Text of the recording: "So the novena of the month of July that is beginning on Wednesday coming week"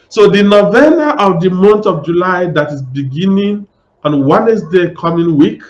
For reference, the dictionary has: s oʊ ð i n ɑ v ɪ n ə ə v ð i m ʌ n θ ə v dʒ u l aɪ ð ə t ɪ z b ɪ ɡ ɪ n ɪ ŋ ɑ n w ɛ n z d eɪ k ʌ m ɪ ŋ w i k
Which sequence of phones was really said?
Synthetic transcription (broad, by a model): s oʊ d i n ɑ v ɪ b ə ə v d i m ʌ n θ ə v dʒ u l aɪ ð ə t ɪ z b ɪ ɡ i n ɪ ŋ ɑ n w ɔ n s d eɪ k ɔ m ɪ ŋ w i k